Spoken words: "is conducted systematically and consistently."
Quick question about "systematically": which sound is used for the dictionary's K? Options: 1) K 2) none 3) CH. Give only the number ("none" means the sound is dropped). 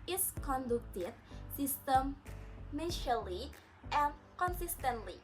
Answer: 2